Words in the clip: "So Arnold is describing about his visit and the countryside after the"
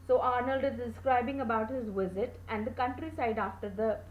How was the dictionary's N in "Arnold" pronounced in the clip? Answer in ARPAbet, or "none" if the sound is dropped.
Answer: N